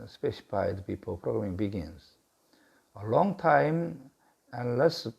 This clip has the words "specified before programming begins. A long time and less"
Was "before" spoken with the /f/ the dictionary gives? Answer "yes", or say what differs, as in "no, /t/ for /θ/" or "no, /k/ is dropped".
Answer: no, /p/ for /f/